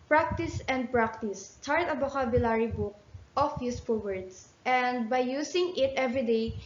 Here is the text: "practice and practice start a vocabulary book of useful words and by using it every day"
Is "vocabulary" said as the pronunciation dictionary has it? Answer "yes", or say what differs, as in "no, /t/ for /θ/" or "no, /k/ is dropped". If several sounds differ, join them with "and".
no, /b/ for /v/